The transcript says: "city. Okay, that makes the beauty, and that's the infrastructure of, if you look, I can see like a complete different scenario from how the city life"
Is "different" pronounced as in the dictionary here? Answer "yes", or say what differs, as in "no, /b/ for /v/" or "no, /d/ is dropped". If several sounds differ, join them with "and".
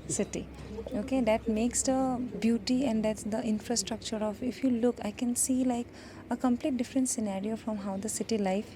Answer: yes